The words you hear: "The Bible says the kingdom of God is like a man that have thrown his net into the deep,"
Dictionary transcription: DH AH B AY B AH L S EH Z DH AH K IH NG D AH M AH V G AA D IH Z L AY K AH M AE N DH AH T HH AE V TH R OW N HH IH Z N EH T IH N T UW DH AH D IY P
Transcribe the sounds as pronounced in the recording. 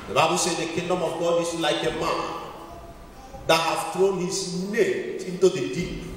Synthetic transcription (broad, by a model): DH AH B AY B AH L S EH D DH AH K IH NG D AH M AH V G AA D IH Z L AY K AH M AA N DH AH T HH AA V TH R OW N HH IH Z N EH T IH N T UW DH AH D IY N